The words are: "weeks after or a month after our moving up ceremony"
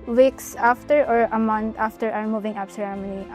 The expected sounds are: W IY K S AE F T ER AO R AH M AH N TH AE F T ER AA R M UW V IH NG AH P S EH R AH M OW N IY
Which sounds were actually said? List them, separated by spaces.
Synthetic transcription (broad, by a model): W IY K S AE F T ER AO R AH M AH N T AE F T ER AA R M UW V IH NG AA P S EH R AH M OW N IY